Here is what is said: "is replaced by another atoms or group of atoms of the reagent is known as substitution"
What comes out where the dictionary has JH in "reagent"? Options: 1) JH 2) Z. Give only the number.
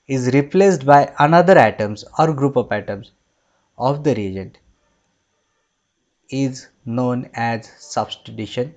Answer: 1